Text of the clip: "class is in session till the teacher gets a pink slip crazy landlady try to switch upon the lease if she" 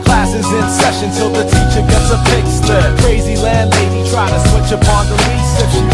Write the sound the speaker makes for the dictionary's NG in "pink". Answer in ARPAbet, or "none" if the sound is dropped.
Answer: none